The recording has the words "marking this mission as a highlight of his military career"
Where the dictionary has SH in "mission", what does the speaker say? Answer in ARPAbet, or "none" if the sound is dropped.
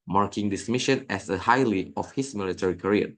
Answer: SH